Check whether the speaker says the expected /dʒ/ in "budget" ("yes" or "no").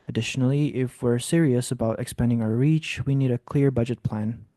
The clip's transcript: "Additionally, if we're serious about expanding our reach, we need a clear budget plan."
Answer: yes